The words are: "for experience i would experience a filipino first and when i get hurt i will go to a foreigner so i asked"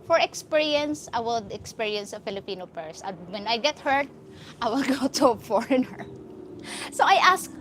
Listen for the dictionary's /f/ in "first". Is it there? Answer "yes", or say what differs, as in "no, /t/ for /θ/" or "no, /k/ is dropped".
no, /p/ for /f/